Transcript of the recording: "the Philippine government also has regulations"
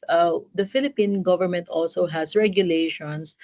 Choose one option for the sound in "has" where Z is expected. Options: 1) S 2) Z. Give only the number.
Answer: 1